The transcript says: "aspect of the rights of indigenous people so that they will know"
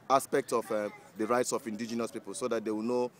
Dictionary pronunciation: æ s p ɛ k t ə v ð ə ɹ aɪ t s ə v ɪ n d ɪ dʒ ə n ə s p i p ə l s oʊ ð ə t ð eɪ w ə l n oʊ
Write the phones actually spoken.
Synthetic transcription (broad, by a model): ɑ s p ɛ k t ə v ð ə ɹ aɪ t s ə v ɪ n d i dʒ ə n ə s p i p ə l s oʊ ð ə t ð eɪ w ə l n oʊ